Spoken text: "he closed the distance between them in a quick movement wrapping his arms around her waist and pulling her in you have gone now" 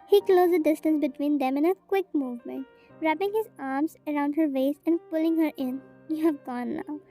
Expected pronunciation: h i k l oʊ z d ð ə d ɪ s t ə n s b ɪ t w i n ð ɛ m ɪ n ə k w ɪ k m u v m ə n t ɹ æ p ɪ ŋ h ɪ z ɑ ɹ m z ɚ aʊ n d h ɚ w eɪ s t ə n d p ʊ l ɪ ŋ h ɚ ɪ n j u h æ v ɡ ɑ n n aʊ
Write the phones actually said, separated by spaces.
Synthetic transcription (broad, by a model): h i k l oʊ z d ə d ɪ s t ə n s b ɪ t w i n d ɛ m ɪ n ə k w ɪ k m u v m ə n t ɹ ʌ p ɪ ŋ h ɪ z ɑ ɹ m z ɚ aʊ n d h ɚ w eɪ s ə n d p ʊ l ɪ ŋ h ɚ ɪ n j u h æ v ɡ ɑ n n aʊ